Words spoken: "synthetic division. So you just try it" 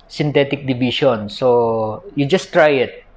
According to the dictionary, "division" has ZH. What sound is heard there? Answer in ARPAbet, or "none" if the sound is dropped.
SH